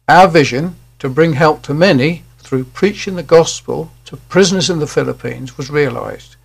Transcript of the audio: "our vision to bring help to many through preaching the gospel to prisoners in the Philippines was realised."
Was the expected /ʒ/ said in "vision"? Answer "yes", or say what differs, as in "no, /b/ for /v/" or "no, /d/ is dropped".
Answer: yes